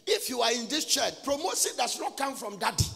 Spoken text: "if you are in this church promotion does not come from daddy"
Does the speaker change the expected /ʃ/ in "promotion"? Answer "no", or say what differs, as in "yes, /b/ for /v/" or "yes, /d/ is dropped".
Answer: yes, /s/ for /ʃ/